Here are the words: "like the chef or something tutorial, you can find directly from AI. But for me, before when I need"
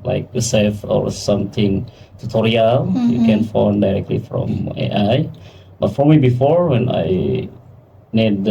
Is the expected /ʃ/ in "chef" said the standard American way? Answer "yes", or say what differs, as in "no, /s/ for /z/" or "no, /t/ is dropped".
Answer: no, /s/ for /ʃ/